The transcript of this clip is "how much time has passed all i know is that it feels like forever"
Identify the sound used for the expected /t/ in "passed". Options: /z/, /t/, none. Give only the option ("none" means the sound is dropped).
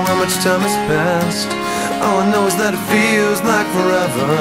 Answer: /t/